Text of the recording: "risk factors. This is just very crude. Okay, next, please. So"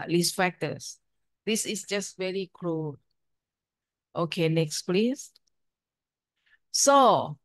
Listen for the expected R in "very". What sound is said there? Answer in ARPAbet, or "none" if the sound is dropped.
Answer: R